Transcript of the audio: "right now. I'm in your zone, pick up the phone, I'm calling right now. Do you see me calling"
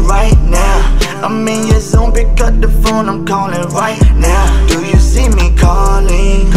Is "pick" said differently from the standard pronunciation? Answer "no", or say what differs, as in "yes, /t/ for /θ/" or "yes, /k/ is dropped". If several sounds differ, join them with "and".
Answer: yes, /b/ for /p/